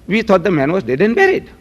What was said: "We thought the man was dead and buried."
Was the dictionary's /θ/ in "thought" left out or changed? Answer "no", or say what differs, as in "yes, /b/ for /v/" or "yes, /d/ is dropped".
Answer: yes, /t/ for /θ/